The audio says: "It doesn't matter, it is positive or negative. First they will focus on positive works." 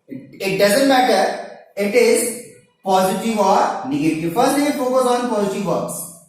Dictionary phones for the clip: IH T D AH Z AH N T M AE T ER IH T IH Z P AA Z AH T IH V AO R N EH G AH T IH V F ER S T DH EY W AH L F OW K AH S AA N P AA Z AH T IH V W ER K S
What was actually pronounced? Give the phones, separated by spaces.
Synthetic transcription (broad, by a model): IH T D AH Z AH N T M AE T ER IH T IH Z P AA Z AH T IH V AO R N EH G AH T IH V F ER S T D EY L F OW K AH S AA N P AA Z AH T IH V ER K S